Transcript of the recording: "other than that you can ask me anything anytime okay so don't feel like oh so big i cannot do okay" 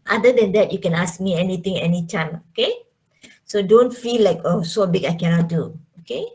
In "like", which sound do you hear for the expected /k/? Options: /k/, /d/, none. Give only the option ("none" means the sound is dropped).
/k/